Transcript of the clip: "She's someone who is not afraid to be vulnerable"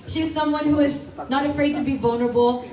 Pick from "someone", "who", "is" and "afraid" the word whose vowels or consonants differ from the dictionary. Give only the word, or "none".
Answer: none